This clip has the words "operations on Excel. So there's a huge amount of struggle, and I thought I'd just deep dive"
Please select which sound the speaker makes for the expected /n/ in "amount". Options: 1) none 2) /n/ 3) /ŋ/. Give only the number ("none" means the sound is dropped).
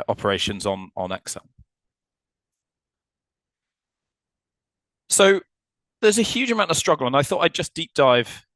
1